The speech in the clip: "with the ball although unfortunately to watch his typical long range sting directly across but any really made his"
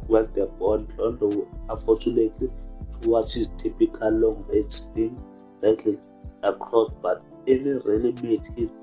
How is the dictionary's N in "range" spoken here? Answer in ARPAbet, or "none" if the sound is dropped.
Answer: none